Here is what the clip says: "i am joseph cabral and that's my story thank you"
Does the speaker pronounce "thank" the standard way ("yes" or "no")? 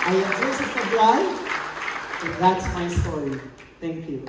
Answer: yes